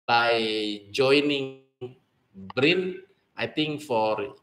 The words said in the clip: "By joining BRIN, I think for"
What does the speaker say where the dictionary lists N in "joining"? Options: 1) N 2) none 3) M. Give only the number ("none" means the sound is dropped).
1